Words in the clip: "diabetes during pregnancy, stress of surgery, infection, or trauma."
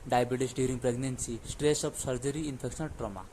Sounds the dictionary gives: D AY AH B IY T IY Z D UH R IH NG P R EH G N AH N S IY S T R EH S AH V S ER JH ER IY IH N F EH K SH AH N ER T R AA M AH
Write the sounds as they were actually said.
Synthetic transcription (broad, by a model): D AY B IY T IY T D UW R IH NG P R EH G N AH N S IY S T R EH S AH P S ER JH ER IY N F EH K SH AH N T R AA M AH